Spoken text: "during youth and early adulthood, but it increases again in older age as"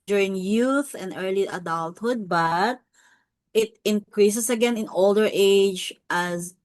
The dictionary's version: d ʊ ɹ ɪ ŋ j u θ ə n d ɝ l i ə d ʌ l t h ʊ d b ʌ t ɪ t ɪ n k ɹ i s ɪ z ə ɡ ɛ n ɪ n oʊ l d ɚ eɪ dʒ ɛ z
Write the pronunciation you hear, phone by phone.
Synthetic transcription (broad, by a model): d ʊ ɹ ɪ ŋ j u θ ə n d ɝ l i ə d ʌ l t h ʊ d b ʌ t ɪ t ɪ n k ɹ i s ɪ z ə ɡ ɛ n ɪ n oʊ l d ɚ eɪ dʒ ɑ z